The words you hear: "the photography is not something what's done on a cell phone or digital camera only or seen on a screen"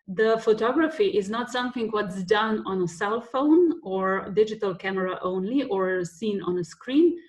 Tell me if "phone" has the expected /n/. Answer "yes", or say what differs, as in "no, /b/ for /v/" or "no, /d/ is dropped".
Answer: yes